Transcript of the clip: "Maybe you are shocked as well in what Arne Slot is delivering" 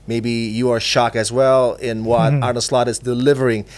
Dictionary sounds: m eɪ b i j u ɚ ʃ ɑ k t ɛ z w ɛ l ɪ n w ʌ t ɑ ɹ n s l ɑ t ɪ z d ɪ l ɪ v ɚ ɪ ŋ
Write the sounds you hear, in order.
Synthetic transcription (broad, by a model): m eɪ b i j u ɚ ʃ ɑ k ɪ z w ɛ l ɪ n w ʌ t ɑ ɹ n s l ɑ t ɪ z d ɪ l ɪ v ɚ ɪ ŋ